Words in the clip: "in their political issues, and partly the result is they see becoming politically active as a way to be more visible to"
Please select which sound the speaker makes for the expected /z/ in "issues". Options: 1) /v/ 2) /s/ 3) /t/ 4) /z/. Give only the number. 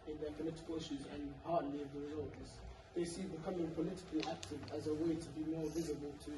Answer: 4